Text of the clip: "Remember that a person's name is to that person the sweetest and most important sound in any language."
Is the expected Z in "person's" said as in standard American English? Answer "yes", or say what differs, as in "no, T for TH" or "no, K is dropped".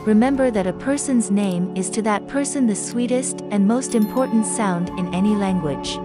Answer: yes